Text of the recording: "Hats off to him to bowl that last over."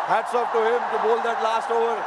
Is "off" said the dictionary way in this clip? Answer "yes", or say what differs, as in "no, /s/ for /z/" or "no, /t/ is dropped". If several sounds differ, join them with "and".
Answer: no, /p/ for /f/